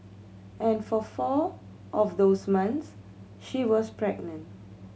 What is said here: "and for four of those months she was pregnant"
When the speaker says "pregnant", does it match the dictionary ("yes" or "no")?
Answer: yes